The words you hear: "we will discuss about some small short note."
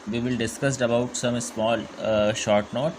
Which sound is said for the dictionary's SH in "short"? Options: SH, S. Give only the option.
SH